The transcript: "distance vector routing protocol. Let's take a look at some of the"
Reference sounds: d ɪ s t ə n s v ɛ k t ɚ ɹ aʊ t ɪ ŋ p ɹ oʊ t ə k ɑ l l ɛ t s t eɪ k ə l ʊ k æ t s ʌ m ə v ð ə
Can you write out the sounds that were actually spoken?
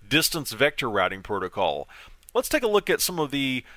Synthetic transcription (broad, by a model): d ɪ s t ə n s v ɛ k t ɚ ɹ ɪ t ɪ ŋ p ɹ oʊ t ə k ɑ l l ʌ t s t eɪ k ə l ʊ k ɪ t s ʌ m ə v ð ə